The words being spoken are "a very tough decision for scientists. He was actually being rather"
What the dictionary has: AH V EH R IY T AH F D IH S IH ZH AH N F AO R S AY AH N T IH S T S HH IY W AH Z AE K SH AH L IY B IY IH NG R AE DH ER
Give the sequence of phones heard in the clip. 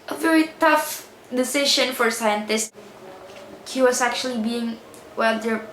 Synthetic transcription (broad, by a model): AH V EH R IY T AH F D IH S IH SH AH N F AO R S AY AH N T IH S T HH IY W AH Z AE K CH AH L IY B IY IH NG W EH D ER